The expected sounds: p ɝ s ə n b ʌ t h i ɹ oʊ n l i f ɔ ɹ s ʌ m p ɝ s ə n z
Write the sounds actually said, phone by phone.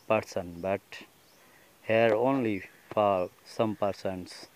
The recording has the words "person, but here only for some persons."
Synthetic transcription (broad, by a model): p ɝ s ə n b ʌ t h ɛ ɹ oʊ n l i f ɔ l s ʌ m p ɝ s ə n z